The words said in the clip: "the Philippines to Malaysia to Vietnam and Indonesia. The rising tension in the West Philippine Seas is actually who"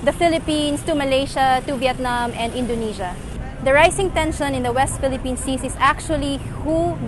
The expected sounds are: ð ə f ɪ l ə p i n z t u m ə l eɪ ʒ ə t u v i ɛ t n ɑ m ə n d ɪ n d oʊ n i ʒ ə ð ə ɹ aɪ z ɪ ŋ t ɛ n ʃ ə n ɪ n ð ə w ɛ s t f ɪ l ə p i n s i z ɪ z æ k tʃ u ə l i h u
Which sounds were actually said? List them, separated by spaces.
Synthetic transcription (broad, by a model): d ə f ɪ l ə p i n s t u m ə l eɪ ʃ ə t u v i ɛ t n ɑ m ə n d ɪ n d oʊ n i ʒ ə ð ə ɹ aɪ s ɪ ŋ t ɛ n ʃ ə n ɪ n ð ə w ɛ s t f ɪ l ə p i n s i s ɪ s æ k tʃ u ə l i h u